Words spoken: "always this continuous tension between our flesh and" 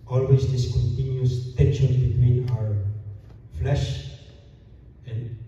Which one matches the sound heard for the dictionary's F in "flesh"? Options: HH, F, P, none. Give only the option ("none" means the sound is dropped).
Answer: F